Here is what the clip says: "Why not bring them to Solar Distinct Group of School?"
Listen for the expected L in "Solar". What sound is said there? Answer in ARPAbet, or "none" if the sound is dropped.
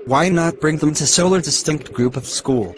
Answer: L